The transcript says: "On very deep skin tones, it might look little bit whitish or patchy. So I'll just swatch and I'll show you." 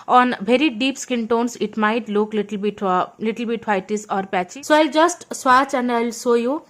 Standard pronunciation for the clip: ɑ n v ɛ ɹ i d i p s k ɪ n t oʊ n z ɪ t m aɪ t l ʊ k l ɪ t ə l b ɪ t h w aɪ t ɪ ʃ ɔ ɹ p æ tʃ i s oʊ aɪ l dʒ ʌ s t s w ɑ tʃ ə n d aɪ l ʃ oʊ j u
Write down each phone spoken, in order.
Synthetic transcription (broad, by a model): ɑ n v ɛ ɹ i d i p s k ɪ n t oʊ n s ɪ t m aɪ t l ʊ k l ɪ t ə l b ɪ t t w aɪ t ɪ s ɔ ɹ p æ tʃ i s oʊ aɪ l dʒ ʌ s t s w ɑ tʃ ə n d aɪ l s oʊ j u